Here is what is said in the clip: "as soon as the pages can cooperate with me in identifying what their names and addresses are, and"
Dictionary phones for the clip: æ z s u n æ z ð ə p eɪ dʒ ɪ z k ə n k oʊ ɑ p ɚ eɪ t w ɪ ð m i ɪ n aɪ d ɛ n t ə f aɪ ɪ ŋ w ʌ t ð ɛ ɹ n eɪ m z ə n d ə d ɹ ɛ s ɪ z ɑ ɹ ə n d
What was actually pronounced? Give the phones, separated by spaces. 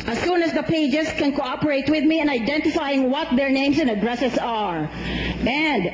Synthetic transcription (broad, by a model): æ s u n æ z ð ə p eɪ dʒ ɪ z k ə n k oʊ ɑ p ɚ eɪ t w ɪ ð m i ɪ n aɪ d ɛ n t ə f aɪ ɪ ŋ w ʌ t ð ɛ ɹ n eɪ m s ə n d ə d ɹ ɛ s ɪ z ɑ ɹ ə n d